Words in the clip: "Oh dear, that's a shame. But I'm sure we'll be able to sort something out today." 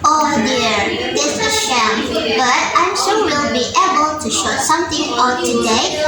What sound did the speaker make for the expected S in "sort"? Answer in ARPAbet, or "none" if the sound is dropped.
SH